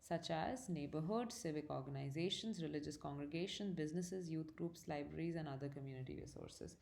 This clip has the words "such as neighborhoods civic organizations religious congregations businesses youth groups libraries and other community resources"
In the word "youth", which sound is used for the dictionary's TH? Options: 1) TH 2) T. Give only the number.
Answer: 2